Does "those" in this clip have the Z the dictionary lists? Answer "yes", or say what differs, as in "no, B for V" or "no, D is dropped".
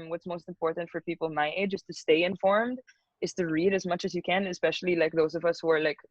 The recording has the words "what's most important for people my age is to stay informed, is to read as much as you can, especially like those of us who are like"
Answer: yes